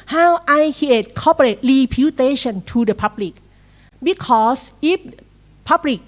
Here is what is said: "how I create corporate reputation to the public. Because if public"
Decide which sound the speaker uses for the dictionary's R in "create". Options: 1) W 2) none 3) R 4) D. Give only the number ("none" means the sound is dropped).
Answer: 2